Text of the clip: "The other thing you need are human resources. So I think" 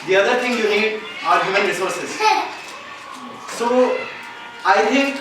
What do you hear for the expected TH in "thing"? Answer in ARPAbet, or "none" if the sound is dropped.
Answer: T